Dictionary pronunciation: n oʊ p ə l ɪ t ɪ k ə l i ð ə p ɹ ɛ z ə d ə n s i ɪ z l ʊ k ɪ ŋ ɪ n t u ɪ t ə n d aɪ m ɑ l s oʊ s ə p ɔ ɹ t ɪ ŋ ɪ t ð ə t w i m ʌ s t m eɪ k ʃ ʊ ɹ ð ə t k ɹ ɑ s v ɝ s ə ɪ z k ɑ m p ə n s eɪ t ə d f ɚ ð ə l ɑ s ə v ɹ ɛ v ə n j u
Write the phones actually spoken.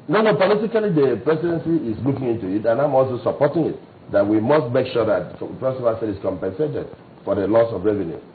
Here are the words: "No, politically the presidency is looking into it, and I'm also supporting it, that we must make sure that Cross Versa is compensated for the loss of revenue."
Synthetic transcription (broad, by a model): n oʊ p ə l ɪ t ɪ k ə l i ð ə p ɹ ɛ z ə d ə n s i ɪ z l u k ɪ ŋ ɪ n t u ɪ t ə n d aɪ m ɑ l s oʊ s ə p ɔ t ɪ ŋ ɪ t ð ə t w i m ʌ s t m eɪ k ʃ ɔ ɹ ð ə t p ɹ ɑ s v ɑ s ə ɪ s k ɑ m p ə n s eɪ t ə d f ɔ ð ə l ɑ s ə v ɹ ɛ v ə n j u